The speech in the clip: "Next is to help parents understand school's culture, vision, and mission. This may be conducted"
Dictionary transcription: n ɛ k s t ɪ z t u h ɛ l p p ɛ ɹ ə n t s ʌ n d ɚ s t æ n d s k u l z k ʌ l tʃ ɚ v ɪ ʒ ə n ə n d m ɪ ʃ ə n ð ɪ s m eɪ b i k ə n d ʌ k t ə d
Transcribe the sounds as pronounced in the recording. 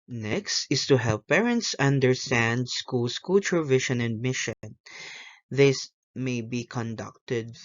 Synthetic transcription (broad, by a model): n ɛ k s t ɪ s t u h ɛ l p p ɛ ɹ ə n t s ʌ n d ɚ s t æ n d s k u l s k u l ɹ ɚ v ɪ ʃ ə n ə n d m ɪ ʃ ə n ð ɪ s m eɪ b i k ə n d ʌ k t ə d